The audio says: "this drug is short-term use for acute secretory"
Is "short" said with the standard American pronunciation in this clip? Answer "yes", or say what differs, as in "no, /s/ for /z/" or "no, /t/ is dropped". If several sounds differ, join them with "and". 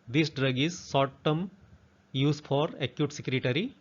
no, /s/ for /ʃ/